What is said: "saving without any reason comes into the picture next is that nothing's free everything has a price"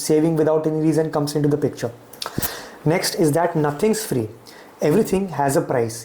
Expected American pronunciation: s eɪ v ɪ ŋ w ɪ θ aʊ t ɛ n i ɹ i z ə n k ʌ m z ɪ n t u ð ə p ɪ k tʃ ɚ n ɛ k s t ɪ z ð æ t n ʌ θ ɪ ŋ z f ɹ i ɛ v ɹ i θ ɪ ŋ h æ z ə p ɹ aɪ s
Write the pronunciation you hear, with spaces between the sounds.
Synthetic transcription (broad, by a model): s eɪ v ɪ ŋ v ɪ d aʊ t ɛ n i ɹ i z ə n k ʌ m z ɪ n t u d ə p ɪ k tʃ ɚ n ɛ k s t ɪ z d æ t n ʌ t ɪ ŋ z f ɹ i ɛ v ɹ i t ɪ ŋ h æ z ə p ɹ aɪ s